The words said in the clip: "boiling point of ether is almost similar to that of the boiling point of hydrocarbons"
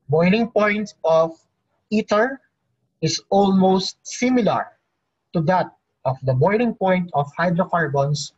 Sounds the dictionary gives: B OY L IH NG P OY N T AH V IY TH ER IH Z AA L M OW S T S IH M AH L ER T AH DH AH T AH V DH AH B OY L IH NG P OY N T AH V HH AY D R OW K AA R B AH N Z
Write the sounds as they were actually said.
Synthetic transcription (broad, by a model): B OY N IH NG P OY N T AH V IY T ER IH S AA L M OW S T S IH M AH L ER T AH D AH T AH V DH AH B OY N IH NG P OY N T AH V HH AY D R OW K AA R B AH N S